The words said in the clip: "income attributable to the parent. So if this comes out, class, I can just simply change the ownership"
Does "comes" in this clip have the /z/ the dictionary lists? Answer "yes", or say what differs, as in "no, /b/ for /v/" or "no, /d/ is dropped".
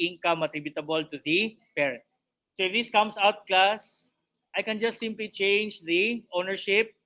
no, /s/ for /z/